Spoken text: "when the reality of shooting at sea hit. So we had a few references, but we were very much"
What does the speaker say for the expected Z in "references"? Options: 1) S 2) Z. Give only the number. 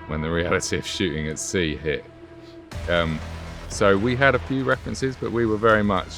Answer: 2